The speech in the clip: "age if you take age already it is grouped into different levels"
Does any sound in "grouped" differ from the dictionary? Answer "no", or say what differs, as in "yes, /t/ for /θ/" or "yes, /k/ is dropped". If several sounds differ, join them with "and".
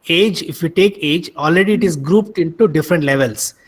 no